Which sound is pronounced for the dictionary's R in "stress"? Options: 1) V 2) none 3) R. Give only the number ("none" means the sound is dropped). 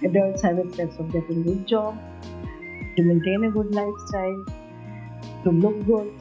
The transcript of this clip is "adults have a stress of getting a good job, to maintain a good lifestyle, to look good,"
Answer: 2